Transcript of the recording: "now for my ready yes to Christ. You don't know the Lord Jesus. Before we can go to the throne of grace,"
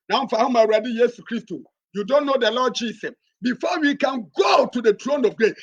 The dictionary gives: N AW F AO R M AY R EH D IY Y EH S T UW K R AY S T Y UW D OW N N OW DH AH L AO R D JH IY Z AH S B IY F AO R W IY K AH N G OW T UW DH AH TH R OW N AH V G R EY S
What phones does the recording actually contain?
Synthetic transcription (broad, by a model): N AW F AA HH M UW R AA D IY Y EH S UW K R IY S T Y UW D OW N N OW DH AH L AO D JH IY S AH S B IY F AO W IY K AH N G OW T UW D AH T R OW N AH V G R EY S